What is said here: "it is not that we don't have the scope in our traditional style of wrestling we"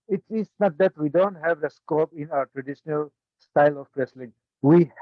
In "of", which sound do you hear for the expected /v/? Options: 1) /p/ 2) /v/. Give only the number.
1